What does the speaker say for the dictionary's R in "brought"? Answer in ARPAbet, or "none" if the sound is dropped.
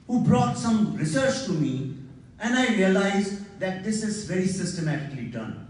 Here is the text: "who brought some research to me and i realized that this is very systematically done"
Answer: R